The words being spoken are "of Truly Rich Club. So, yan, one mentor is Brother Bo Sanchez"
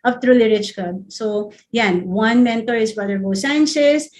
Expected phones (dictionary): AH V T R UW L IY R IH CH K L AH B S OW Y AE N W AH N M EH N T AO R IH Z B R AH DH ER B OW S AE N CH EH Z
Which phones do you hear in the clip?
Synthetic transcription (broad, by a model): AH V T R UW L IY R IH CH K AH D S OW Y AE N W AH N M EH N T AO R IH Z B AH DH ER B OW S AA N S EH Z